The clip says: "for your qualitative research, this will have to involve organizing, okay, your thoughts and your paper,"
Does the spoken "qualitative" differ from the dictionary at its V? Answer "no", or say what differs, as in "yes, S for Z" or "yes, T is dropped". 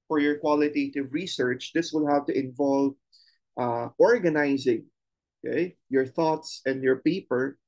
no